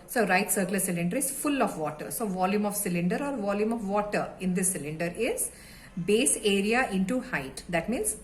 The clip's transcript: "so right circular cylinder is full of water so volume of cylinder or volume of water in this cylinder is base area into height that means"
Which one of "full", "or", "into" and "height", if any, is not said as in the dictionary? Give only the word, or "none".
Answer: none